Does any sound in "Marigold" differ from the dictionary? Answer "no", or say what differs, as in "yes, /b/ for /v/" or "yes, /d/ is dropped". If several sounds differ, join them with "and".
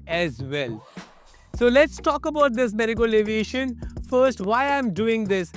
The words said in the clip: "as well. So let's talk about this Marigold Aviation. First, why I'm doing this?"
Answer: yes, /d/ is dropped